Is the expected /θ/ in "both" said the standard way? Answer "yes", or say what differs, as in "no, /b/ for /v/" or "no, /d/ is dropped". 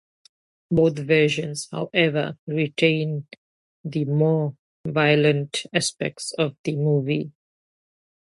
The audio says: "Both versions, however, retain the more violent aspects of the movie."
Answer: no, /t/ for /θ/